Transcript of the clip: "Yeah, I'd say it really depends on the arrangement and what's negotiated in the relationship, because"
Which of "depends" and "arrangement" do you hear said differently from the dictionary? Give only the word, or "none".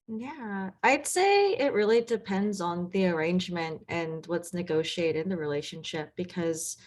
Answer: none